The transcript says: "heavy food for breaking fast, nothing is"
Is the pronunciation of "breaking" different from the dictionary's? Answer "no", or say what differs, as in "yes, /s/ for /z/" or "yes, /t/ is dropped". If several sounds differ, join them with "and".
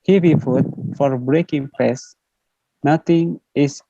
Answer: no